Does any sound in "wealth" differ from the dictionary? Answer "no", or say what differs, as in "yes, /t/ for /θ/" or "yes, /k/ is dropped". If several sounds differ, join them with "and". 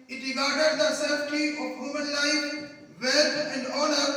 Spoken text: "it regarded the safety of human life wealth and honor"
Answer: yes, /t/ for /θ/